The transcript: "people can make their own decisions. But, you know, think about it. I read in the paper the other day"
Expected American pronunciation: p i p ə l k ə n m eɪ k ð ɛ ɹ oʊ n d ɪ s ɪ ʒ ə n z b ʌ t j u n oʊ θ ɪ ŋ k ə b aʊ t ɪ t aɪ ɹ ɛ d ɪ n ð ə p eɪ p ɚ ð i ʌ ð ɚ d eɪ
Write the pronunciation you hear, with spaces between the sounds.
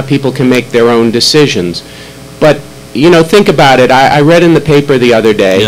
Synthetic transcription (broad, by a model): p i p l k ə n m eɪ k ð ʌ ɹ oʊ n d ɪ s ɪ ʒ ə n z b ʌ t j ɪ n oʊ θ ɪ ŋ k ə b aʊ t ɪ t aɪ ɹ ɛ d ɪ n ð ə p eɪ p ɚ ð i ʌ ð ɚ d eɪ